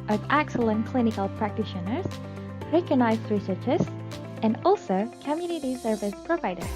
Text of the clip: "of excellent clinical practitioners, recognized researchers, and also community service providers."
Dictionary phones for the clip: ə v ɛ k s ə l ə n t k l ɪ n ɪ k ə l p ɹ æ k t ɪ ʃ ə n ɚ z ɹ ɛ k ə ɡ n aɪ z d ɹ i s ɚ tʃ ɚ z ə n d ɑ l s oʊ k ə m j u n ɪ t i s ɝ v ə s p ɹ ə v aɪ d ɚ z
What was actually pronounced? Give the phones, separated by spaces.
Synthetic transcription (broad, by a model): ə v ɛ k s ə l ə n k l ɪ n ɪ k ə l p ɹ æ k t ɪ ʃ ə n ɚ z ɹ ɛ k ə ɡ n aɪ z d ɹ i s ɚ tʃ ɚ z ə n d ɑ l s oʊ k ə m j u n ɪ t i s ɝ v ə s p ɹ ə v aɪ d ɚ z